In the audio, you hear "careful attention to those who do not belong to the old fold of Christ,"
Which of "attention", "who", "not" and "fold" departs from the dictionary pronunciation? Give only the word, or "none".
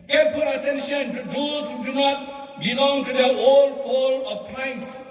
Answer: fold